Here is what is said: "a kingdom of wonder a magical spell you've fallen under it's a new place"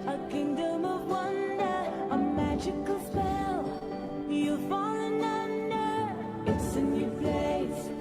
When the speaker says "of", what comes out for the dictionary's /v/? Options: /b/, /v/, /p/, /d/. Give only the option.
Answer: /v/